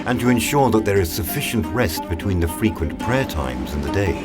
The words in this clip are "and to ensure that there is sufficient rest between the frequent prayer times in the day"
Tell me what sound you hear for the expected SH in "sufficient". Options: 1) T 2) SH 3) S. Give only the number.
2